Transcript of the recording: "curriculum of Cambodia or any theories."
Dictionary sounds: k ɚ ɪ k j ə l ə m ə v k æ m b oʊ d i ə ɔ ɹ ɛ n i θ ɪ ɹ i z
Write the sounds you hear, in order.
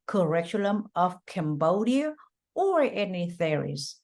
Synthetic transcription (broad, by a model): k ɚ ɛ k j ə l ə m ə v k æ m b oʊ d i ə ɔ ɹ ɛ n i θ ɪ ɹ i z